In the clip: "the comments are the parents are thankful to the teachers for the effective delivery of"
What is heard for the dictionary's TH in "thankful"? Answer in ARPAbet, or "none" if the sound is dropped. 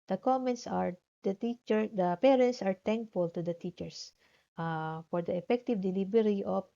T